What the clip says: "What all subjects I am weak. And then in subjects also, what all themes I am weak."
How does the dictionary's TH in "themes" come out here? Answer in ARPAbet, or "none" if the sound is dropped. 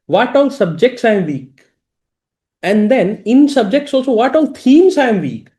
T